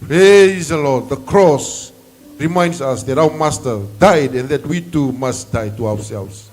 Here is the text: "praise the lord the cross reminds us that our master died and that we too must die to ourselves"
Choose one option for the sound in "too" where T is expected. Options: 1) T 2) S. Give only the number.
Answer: 1